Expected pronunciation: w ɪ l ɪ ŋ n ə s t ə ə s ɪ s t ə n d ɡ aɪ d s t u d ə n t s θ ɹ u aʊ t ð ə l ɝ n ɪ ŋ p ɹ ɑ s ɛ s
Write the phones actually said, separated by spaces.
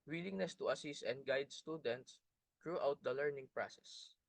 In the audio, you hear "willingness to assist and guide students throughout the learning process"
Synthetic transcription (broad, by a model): w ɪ l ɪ ŋ n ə s t ə ə s ɪ s t ə n d ɡ aɪ d s t u d ə n t s t ɹ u aʊ t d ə l ɝ n ɪ ŋ p ɹ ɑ s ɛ s